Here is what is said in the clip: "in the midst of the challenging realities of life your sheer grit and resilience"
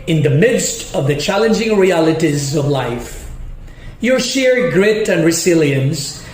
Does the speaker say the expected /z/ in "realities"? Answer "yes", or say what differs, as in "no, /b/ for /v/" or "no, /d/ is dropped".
yes